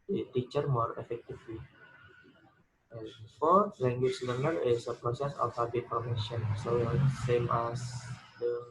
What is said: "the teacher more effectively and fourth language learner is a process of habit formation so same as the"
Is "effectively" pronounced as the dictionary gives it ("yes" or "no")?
no